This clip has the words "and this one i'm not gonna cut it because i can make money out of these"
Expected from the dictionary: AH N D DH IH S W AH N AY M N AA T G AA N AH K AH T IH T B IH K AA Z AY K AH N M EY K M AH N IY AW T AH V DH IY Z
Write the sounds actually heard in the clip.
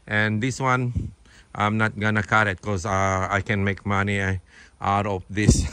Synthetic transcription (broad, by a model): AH N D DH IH S W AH N AY M N AA T G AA N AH K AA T IH T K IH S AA AY K AH N M EY K M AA N IY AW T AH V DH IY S